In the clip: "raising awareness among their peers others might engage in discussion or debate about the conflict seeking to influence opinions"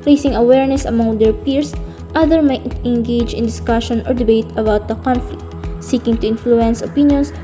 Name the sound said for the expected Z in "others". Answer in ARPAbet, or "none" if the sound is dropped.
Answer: none